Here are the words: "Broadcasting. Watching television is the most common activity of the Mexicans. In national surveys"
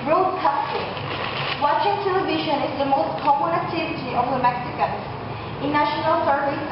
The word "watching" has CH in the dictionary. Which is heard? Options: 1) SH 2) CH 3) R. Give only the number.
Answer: 1